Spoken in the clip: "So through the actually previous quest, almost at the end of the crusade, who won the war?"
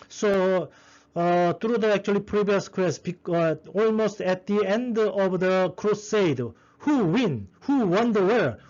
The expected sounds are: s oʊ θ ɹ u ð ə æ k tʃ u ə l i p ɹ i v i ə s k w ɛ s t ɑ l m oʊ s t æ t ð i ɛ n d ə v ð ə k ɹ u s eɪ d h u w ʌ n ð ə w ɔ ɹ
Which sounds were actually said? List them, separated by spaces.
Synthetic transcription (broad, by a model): s oʊ t ɹ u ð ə æ k tʃ u ə l i p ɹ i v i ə s k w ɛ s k ɑ l m oʊ s t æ t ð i ɛ n d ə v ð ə k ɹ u s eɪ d h u w ʌ n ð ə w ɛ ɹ